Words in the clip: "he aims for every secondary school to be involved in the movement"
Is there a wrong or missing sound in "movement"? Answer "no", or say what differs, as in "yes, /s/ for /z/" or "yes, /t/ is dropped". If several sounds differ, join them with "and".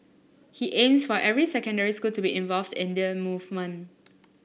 yes, /t/ is dropped